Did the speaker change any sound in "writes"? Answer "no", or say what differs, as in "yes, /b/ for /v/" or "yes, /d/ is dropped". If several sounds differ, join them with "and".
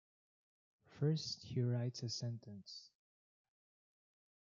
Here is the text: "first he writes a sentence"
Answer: no